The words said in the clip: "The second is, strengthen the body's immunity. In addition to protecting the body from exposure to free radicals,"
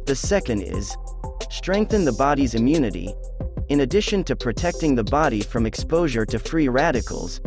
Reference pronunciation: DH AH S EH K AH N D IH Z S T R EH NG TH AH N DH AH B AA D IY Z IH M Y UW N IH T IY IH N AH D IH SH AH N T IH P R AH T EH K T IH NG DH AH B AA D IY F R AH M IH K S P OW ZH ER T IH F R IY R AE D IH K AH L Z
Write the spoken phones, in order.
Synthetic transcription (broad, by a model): DH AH S EH K AH N D IH Z S T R EH NG TH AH N DH AH B AA D IY Z IH M Y UW N IH T IY IH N AH D IH SH AH N T IH P R AH T EH K T IH NG DH AH B AA D IY F R AH M IH K S P OW ZH ER T IH F R IY R AE D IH K L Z